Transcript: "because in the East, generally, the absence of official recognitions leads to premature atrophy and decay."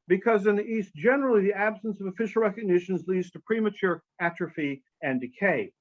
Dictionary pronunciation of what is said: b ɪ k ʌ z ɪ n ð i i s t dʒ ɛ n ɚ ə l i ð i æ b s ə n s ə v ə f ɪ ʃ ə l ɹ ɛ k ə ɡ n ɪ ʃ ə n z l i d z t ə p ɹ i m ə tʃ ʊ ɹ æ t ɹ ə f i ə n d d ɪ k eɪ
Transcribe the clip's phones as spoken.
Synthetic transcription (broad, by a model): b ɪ k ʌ z ɪ n ð i i s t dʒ ɛ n ɚ l i ð i æ b s ə n s ə v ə f ɪ ʃ l ɹ ɛ k ə ɡ n ɪ ʃ ə n z l i d z t ə p ɹ i m ə tʃ ʊ ɹ æ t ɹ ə f i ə n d d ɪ k eɪ